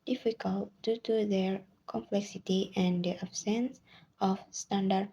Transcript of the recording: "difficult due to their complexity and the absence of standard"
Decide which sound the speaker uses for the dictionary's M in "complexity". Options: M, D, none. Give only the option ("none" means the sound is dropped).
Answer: M